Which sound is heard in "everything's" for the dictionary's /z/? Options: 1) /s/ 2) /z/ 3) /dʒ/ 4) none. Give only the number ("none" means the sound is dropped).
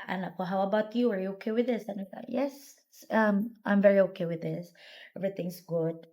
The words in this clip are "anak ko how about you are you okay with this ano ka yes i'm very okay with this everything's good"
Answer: 1